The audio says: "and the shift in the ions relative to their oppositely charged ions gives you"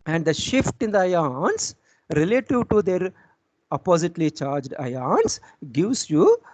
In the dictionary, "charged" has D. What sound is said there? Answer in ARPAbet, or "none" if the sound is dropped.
D